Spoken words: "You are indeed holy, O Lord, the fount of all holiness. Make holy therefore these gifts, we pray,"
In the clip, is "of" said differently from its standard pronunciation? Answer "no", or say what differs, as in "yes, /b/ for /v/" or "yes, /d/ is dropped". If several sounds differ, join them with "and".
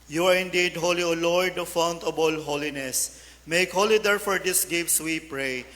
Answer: yes, /b/ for /v/